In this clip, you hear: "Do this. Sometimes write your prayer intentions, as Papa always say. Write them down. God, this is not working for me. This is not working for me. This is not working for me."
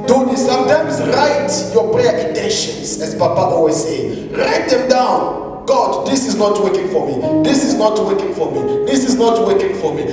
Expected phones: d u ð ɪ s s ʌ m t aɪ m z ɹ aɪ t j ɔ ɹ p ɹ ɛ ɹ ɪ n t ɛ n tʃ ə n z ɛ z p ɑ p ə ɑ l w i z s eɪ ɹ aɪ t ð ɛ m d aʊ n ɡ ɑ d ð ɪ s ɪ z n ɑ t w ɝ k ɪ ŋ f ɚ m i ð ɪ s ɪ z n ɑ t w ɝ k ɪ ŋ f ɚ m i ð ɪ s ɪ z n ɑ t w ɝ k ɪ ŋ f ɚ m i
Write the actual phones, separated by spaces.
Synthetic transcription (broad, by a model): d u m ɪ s s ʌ m t aɪ m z ɹ aɪ t j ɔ p ɹ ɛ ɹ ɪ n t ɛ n ʃ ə n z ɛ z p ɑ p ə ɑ w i s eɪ ɹ aɪ t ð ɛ m d aʊ n ɡ ɑ d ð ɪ s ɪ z n ɑ t w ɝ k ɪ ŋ f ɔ m i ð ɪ s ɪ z n ɑ t w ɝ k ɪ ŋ f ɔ m i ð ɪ s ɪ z n ɑ t w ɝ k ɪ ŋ f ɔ m i